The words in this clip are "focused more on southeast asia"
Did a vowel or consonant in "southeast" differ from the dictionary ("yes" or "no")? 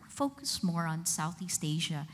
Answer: no